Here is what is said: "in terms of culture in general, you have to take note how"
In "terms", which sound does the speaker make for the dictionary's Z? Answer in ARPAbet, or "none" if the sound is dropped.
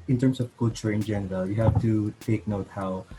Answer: S